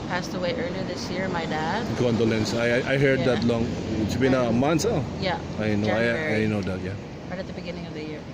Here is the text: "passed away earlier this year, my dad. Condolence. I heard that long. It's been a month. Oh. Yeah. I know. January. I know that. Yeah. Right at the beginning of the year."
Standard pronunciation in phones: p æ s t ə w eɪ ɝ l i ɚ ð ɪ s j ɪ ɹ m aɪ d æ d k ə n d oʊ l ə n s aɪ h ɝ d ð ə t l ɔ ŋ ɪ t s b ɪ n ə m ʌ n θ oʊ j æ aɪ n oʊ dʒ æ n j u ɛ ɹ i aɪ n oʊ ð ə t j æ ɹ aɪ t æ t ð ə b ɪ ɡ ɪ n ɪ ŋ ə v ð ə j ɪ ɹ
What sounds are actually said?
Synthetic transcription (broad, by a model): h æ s t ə w eɪ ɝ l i ð ɪ s j ɪ ɹ m aɪ d æ d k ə n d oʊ l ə n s aɪ h ɝ d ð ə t l ɔ ŋ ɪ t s b ɪ n ə m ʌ n s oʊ j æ aɪ n oʊ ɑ j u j n oʊ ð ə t j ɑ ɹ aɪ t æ t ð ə b ɪ ɡ ɪ n ɪ ŋ ə v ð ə j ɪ ɹ